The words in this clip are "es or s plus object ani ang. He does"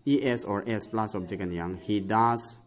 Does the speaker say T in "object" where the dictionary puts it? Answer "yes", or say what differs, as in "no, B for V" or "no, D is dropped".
no, T is dropped